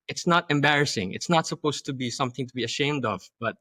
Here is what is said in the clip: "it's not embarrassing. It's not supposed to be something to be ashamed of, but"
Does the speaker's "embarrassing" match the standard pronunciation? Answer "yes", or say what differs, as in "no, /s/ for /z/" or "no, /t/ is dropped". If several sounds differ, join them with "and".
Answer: yes